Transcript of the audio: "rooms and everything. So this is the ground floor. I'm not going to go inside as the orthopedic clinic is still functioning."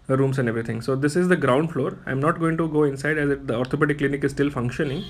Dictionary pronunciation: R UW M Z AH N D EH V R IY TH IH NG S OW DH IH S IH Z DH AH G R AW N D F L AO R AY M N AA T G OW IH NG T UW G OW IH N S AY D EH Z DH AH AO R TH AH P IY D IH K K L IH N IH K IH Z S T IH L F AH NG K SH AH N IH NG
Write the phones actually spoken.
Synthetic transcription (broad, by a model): R UW M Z AH N D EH V R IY T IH NG S OW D IH S IH Z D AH G R AW N D F L AO R AY M N AA T G OW IH NG T UW G OW IH N S AY D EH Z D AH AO R T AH P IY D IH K K L IH N IH K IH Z S T IH L F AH NG K SH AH N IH NG